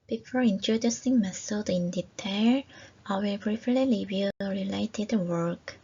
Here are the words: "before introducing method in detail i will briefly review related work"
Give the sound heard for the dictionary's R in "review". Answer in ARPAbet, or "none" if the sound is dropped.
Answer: L